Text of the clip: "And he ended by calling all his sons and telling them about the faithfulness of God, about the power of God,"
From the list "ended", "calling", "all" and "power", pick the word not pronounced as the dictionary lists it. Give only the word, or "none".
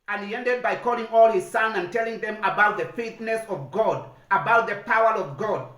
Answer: none